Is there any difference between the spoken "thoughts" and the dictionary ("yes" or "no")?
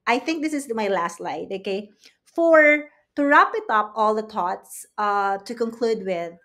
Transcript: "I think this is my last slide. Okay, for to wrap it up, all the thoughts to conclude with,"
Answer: yes